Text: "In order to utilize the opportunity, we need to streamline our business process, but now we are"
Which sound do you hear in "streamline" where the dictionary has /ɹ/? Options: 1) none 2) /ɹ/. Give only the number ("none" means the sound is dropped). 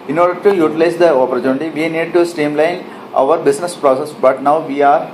1